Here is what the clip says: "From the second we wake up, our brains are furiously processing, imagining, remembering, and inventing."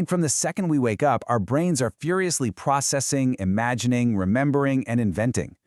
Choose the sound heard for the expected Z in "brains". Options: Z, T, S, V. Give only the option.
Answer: Z